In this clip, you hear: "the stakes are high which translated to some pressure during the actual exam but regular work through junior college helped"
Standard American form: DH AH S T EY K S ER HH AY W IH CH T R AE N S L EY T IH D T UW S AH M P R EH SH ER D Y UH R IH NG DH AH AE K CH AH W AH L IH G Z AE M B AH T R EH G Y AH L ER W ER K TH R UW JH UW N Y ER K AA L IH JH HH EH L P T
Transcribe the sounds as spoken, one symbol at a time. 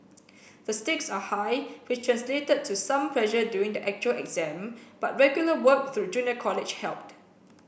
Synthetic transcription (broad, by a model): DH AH S T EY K S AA HH AY W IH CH T R AE N S L EY T IH D T UW S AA M P L EH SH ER D Y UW IH NG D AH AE K CH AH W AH L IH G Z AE M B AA T R EH G Y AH L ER W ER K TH R UW JH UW N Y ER K AA L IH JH HH EH L P T